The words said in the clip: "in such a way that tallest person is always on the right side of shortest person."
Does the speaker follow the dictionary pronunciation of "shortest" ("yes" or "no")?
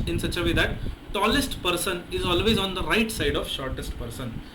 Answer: yes